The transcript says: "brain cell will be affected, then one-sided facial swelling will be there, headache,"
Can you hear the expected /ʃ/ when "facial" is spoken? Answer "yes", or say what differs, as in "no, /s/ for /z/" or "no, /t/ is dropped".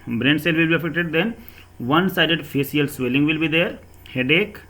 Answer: no, /s/ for /ʃ/